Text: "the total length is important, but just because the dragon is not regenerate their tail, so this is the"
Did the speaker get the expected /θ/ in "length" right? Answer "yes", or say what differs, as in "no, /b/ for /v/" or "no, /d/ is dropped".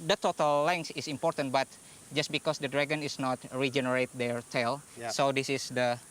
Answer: no, /s/ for /θ/